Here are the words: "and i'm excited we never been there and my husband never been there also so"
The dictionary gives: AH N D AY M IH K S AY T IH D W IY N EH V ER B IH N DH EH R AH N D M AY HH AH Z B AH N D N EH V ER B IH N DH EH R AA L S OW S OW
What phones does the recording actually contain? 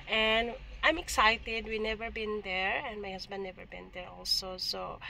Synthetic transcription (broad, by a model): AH N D AY M IH K S AY T IH D W IY N EH V ER B IH N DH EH R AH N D M AY HH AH S B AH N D N EH V ER B IH N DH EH R AA L S OW S OW